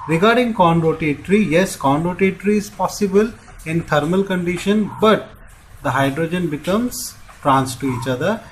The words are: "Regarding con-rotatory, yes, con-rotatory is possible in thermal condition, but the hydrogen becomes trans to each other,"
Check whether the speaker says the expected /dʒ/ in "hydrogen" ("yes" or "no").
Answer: yes